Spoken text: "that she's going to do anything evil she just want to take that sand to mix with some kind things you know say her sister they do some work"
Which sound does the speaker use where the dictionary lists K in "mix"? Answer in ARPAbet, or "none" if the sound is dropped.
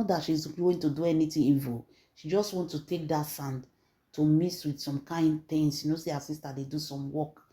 none